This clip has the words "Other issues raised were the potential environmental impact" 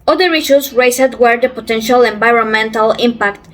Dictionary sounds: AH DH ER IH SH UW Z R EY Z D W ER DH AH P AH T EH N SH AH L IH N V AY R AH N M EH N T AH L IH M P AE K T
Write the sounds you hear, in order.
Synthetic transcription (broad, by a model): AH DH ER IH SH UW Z R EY S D W ER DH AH P AH T EH N SH AH L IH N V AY R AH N M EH N T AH L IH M P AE K T